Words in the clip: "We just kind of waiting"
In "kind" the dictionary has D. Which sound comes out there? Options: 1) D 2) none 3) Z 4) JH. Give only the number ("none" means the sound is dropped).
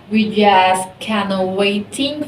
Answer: 2